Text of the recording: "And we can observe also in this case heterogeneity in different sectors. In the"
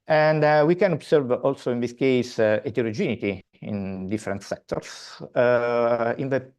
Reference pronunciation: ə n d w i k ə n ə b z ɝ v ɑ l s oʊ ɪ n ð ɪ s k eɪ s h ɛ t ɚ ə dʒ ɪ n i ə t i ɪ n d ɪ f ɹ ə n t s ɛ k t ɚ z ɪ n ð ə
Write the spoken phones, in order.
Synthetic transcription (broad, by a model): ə n d w i k ə n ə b s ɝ v ɑ l s oʊ ɪ n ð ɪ s k eɪ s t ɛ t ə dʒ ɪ n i t i ɪ n d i f ɹ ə n t s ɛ k t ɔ s ɪ n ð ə